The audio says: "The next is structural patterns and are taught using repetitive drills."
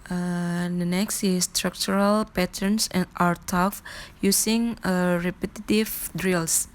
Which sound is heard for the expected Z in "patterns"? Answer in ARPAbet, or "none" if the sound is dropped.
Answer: S